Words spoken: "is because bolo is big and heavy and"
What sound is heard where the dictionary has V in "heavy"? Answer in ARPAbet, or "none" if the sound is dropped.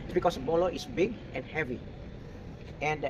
V